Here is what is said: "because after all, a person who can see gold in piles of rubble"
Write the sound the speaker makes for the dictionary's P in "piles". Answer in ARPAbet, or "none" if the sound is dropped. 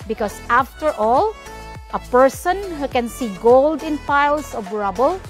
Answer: F